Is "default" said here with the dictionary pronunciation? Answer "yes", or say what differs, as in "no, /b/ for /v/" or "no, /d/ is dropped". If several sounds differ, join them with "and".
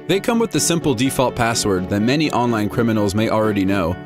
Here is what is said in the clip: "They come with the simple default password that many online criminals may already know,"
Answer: yes